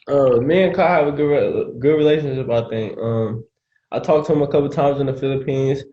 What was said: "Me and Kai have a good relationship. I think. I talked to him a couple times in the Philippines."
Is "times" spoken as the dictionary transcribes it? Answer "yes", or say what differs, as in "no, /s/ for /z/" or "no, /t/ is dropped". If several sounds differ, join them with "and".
yes